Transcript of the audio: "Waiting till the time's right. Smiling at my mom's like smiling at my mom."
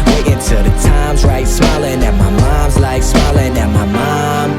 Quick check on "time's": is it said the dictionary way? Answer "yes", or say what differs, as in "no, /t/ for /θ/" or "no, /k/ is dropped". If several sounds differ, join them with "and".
yes